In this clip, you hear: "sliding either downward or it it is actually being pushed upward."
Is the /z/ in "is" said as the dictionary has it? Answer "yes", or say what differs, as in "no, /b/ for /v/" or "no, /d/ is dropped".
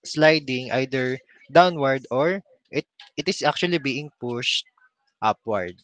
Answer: no, /s/ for /z/